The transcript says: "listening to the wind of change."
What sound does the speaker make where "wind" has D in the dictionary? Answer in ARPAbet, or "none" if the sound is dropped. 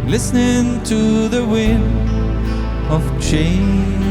none